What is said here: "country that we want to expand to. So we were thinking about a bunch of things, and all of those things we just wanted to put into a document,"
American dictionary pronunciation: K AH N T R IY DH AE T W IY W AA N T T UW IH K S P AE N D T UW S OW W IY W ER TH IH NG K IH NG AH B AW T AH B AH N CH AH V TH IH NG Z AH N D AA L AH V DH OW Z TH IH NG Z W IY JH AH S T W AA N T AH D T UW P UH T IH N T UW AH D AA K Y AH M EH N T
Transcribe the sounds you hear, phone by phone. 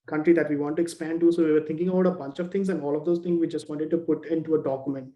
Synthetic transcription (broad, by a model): K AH N T R IY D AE T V IY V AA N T T UW IH K S P AE N D T UW S OW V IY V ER T IH NG K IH NG AH B AW T AH B AH N CH AH V T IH NG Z AH N D AA L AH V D OW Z T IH NG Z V IY JH AH S T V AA N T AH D T UW P UH T IH N T UW AH D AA K Y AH M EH N T